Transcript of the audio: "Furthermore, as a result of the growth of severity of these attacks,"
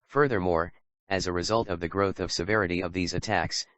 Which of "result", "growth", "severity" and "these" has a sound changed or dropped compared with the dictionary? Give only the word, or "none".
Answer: none